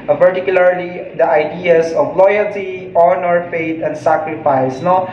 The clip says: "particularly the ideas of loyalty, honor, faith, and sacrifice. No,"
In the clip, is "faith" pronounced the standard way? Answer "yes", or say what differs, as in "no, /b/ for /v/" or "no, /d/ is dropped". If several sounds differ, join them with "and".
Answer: no, /t/ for /θ/